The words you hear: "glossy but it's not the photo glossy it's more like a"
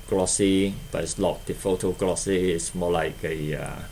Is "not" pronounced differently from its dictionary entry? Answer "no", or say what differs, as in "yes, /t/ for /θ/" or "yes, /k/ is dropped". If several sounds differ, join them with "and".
yes, /l/ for /n/